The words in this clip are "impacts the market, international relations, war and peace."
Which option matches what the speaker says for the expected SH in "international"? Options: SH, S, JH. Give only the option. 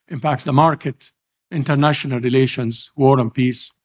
SH